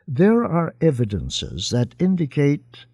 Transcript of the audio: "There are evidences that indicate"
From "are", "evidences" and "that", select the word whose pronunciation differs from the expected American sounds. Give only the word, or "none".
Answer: none